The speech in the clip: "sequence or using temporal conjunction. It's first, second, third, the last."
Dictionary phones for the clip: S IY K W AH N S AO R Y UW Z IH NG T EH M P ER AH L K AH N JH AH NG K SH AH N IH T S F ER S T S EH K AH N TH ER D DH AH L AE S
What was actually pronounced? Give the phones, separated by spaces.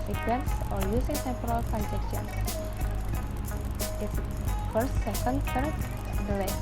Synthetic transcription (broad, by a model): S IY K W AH N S AO R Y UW S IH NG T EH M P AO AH L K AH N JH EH K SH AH N IH T S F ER S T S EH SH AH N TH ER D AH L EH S